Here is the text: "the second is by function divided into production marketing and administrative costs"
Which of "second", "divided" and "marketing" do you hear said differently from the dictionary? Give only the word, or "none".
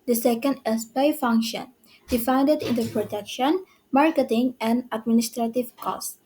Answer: divided